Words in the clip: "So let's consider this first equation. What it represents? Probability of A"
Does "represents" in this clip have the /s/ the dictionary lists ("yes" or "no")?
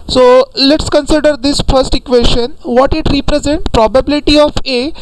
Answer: no